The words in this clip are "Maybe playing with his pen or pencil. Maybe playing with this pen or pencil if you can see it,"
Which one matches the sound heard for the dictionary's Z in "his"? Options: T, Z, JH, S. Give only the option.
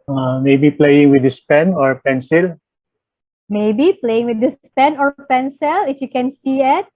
S